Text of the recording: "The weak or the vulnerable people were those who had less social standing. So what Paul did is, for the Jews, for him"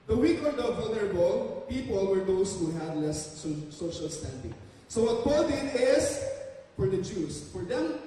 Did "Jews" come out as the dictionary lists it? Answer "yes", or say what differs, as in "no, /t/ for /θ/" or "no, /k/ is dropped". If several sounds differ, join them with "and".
no, /s/ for /z/